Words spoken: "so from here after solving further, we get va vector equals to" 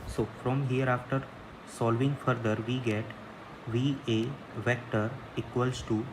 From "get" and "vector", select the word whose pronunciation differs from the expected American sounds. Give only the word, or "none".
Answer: none